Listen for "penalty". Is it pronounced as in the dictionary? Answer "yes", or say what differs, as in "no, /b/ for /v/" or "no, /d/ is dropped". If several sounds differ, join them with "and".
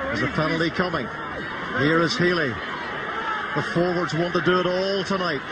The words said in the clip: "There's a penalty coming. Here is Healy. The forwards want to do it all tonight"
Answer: no, /f/ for /p/